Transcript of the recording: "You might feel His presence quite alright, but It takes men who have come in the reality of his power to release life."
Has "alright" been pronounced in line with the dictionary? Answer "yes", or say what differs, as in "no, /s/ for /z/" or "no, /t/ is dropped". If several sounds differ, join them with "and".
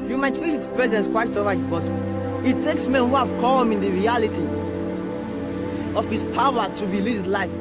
no, /l/ is dropped